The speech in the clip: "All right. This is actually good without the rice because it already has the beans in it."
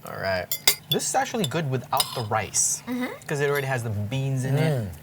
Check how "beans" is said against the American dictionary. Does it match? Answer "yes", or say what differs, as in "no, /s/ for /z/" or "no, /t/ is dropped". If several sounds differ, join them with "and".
yes